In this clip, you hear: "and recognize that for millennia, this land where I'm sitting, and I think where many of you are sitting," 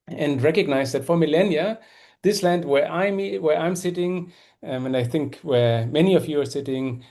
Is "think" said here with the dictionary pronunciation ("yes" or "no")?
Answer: yes